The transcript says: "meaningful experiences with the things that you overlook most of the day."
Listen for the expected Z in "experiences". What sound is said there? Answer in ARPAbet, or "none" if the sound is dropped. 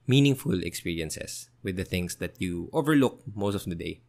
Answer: S